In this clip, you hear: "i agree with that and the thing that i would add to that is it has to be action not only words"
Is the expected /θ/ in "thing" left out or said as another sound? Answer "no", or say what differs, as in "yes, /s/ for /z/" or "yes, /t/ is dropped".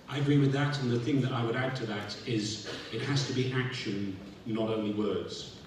no